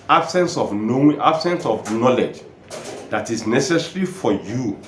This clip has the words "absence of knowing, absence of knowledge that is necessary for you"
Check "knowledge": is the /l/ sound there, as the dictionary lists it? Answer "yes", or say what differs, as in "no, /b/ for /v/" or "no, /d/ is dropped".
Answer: yes